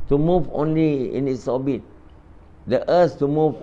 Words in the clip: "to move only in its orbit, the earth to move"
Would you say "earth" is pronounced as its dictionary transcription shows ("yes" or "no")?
no